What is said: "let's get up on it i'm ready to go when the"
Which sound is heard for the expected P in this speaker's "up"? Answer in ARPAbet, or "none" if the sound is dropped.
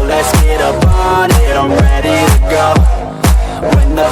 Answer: B